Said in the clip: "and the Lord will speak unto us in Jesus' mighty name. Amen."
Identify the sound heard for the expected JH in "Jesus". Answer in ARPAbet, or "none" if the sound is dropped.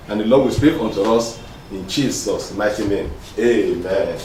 CH